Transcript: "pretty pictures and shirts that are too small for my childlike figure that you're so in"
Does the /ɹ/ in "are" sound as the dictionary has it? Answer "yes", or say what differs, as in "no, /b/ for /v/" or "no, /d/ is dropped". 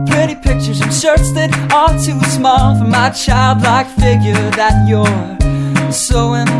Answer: no, /l/ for /ɹ/